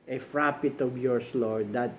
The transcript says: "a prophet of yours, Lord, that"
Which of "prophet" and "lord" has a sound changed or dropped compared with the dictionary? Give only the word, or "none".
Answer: prophet